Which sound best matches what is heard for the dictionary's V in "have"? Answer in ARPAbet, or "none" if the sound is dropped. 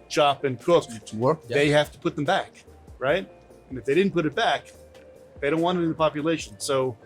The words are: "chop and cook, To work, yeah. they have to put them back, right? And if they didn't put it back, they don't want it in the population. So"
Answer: F